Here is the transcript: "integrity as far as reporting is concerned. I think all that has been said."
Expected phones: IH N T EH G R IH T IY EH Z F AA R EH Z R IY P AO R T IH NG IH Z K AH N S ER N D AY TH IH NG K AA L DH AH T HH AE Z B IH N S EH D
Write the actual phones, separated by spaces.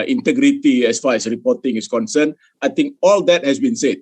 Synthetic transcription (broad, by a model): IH N T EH G R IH T IY EH S F AA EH S R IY P AO T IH NG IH S K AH N S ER N AY T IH NG K AA L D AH T HH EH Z B IH N S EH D